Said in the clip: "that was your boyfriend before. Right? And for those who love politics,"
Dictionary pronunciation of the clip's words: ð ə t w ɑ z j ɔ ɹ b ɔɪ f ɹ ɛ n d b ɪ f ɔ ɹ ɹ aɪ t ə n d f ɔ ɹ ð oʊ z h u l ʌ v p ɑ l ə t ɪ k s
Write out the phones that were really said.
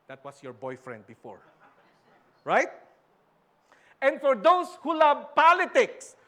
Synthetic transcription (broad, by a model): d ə t w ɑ s j ɔ ɹ b ɔɪ f ɹ ɛ n d b ɪ f ɔ ɹ ɹ aɪ t ə n d f ɔ ɹ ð oʊ s h u l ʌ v p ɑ l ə t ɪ k s